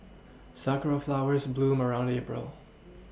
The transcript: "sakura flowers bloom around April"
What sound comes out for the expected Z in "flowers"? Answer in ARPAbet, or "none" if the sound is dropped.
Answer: Z